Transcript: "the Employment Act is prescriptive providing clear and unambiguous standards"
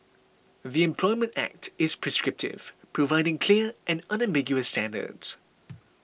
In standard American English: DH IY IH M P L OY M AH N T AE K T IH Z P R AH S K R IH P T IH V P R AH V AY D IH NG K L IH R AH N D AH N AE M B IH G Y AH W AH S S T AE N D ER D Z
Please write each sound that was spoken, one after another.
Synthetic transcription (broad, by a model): DH IY IH M P L OY M AH N T AE K T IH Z P R AH S K R IH P T IH V P R AH V AY D IH NG K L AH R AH N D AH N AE M B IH G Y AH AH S S T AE N D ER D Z